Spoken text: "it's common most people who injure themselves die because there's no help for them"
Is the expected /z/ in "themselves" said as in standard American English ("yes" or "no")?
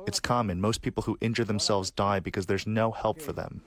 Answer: yes